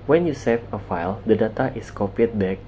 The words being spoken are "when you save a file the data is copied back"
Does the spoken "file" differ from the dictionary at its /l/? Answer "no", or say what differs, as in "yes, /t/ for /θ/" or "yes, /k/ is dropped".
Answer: no